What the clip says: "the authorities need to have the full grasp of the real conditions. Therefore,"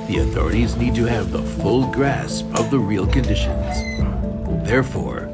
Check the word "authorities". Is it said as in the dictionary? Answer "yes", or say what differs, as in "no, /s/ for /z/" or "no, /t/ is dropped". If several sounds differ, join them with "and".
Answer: yes